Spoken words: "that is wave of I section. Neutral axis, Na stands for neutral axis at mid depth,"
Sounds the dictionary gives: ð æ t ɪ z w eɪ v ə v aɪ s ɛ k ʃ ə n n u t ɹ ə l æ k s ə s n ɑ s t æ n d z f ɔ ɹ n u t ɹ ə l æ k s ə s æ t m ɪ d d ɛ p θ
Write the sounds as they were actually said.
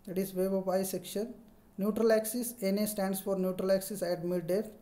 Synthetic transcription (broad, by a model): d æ t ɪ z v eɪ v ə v aɪ s ɛ k ʃ ə n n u t ɹ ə l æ k s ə s n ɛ s t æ n d s f ɔ ɹ n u t ɹ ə l æ k s ə s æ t m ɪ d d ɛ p